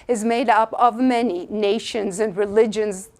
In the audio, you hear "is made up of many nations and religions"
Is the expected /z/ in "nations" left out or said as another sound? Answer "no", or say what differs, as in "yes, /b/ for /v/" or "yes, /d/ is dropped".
no